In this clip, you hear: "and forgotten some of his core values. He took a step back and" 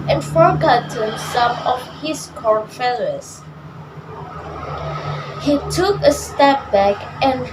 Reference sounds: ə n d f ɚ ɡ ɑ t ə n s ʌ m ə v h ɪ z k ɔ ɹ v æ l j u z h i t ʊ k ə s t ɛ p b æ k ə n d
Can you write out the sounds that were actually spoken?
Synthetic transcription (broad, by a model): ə n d f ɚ ɡ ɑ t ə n s ʌ m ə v h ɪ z k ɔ ɹ f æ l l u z h i t ʊ k ə s t ɛ p b æ k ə n